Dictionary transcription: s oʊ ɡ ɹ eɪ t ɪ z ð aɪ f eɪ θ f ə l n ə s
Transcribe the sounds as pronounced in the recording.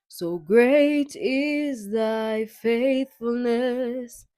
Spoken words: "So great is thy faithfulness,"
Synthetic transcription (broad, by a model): s oʊ ɡ ɹ eɪ t ɪ z ð aɪ f eɪ θ f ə l n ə s